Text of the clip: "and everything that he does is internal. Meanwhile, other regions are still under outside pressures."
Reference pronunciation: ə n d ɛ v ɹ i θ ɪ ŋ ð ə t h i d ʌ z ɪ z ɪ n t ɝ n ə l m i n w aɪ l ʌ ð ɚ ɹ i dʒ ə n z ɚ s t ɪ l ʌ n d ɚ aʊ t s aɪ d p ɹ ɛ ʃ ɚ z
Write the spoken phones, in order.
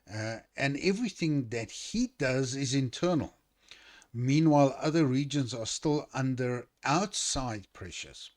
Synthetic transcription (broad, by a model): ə n ɛ v ɹ i θ ɪ ŋ ð ə t h i d ʌ z ɪ z ɪ n t ɝ n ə l m i n w aɪ l ʌ ð ɚ ɹ i dʒ ə n z ɚ s t ɪ l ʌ n d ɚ aʊ t s aɪ d p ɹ ɛ ʃ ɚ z